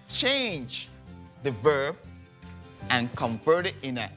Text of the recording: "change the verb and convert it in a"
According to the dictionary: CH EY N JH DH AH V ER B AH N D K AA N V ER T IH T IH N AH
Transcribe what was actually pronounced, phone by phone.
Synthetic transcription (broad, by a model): CH EY N JH DH AH V ER B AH N K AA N V ER T IH T IH N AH